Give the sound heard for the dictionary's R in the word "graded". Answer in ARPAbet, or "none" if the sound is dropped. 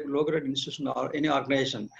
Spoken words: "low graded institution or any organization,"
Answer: none